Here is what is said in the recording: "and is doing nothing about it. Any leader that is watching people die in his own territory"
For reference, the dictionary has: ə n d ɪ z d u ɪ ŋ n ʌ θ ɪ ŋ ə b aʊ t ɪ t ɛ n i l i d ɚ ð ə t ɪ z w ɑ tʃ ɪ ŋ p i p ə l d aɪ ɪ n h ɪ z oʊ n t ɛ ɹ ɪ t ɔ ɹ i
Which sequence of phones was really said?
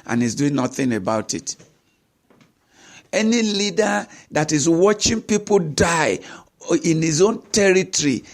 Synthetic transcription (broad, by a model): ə n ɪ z d u ɪ ŋ n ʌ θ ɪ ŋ ə b aʊ t ɪ t ɛ n i l i d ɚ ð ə t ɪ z w ɑ tʃ ɪ ŋ p i p ə l d aɪ ɪ n h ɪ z oʊ n t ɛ ɹ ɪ t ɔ ɹ i